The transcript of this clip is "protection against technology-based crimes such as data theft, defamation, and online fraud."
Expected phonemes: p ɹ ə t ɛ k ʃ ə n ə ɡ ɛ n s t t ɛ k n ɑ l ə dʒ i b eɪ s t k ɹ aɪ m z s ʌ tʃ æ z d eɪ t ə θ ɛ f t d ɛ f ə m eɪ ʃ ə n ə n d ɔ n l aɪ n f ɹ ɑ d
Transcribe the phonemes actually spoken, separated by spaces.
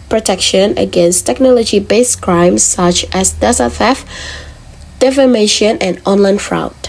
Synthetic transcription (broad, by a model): p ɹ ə t ɛ k ʃ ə n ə ɡ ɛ n s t t ɛ k n ɑ l ə dʒ i b eɪ s k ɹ aɪ m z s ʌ tʃ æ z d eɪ s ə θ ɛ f d ɛ f ə m eɪ ʃ ə n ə n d ɔ n l aɪ n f ɹ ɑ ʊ